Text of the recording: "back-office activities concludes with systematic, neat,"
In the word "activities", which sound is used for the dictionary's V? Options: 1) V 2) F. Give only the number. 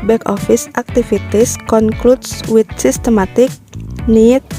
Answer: 2